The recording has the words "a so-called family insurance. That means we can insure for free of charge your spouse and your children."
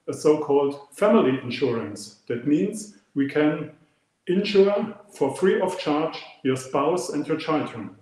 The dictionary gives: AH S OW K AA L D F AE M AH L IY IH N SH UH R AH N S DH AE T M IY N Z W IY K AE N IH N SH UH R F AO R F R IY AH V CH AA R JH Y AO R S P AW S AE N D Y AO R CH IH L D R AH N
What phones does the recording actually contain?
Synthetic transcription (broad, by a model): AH S OW K AA L D F AE M AH L IY IH N SH UH R AH N S DH AE T M IY N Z W IY K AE N IH N SH UH R F AO R F R IY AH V CH AA R JH Y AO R S P AW S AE N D Y AO R CH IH L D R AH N